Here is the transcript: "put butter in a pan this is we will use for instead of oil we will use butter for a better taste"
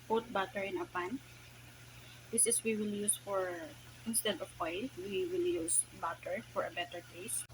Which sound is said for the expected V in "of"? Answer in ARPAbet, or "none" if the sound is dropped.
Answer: W